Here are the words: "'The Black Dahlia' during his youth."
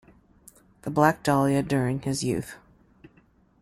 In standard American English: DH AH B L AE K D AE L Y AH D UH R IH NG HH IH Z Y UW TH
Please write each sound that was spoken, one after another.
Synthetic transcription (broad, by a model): DH AH B L AE K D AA L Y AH D UH R IH NG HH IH Z Y UW TH